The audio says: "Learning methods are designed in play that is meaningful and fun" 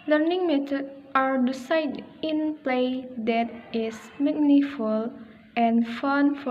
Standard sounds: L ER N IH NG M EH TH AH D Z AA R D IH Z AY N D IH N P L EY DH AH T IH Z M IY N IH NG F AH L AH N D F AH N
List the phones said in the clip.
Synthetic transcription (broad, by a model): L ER N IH NG M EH T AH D AA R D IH S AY D IH N P L EY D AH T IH S M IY N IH F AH L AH N F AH N